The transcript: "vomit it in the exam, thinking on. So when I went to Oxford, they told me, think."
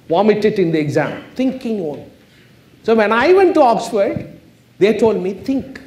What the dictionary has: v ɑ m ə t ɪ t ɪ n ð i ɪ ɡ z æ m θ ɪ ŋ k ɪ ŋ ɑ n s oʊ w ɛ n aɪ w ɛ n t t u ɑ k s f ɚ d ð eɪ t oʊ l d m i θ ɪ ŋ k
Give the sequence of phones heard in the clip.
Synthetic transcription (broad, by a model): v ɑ m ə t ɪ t ɪ n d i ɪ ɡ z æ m t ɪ ŋ k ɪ ŋ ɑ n s oʊ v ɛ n aɪ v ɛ n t t u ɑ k s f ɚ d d eɪ t oʊ l d m i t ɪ ŋ k